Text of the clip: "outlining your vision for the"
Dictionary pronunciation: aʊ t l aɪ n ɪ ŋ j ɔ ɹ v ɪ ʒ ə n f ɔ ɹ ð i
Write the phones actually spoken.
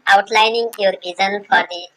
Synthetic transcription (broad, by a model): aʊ t l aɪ n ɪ ŋ j ɔ ɹ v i z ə n f ɔ ɹ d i